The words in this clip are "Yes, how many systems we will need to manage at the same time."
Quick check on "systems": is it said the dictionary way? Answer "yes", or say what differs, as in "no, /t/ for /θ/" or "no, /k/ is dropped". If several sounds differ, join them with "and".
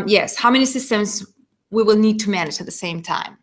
yes